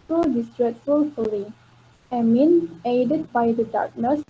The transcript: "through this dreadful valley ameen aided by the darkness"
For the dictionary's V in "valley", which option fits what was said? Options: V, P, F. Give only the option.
F